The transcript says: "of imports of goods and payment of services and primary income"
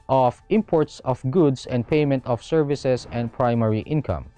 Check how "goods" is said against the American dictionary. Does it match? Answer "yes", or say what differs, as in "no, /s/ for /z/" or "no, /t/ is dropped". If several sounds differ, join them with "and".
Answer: no, /s/ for /z/